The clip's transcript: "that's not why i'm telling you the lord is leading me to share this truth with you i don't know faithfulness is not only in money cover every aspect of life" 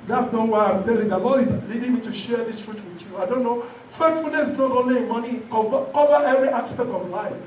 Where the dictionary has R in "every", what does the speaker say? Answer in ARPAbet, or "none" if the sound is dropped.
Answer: R